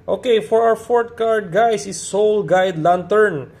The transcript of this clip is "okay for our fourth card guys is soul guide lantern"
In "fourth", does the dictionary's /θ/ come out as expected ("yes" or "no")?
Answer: no